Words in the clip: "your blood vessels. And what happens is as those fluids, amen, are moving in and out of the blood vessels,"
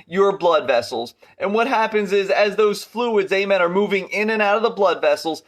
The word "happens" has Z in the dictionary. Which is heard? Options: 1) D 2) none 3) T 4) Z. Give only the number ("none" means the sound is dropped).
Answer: 4